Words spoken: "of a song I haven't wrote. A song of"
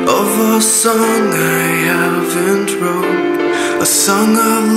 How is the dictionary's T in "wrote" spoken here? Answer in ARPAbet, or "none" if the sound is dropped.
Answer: none